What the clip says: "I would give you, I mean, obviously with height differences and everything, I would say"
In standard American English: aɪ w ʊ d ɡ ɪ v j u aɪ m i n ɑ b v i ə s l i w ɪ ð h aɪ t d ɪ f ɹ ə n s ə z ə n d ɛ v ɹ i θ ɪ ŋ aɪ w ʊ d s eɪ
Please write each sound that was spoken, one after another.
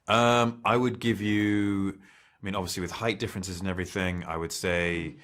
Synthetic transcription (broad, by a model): aɪ w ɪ d ɡ ɪ v j u aɪ m i n ɑ b v i ə s l i w ɪ ð h aɪ t d ɪ f ɹ ə n s ə z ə n ɛ v ɹ i θ ɪ ŋ aɪ w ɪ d s eɪ